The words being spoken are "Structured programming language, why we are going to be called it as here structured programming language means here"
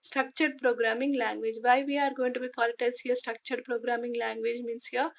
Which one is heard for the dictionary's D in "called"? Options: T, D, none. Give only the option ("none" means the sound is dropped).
none